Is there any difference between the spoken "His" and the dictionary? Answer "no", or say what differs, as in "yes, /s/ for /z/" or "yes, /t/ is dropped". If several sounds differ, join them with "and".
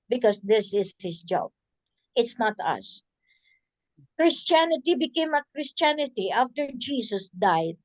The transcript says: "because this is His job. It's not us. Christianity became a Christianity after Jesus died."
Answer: yes, /s/ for /z/